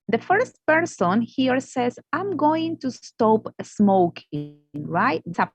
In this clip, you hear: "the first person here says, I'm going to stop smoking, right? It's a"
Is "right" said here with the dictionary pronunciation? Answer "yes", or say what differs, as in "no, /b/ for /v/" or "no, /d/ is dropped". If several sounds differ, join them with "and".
no, /t/ is dropped